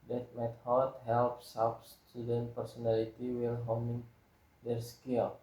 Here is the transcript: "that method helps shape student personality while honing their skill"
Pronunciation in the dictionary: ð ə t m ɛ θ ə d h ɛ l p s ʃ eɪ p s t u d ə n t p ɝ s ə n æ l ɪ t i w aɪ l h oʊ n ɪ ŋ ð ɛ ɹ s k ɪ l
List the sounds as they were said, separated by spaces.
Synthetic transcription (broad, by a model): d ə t m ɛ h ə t h ɛ l p s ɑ f s t u d ə n t p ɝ s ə n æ l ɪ t i w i l h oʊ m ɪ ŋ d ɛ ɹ s k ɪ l